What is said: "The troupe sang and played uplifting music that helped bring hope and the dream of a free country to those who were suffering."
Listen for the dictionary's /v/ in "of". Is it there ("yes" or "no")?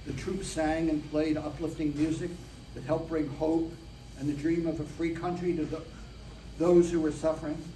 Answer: yes